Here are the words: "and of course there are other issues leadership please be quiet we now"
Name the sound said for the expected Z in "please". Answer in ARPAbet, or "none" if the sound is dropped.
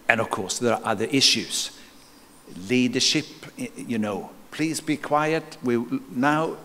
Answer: Z